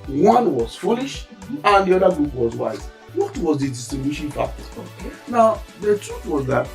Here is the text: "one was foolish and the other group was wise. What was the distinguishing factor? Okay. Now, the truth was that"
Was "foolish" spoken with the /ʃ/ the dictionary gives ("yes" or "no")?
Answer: yes